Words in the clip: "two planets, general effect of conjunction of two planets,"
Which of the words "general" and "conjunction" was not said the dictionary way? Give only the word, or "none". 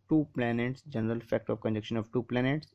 conjunction